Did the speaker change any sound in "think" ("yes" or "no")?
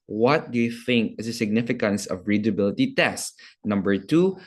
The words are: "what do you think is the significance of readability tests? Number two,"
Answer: no